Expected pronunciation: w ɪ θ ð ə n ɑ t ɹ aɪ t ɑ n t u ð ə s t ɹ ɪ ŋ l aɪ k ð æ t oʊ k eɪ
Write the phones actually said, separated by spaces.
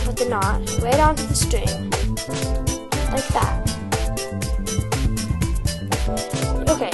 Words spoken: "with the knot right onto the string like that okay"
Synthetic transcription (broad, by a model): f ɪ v ð ə n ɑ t w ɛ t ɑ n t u ð ə s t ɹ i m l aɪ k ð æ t oʊ k eɪ